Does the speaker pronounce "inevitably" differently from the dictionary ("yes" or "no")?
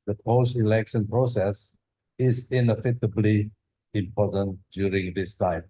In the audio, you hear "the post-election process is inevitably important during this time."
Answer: yes